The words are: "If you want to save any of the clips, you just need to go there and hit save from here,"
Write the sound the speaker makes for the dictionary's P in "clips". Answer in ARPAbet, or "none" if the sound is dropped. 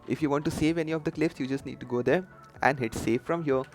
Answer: F